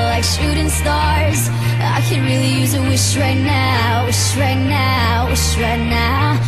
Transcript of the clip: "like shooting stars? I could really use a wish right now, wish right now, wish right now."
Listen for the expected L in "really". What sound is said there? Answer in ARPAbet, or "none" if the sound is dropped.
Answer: L